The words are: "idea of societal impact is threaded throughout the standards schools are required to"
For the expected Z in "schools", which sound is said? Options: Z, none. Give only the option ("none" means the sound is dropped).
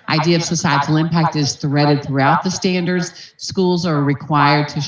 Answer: Z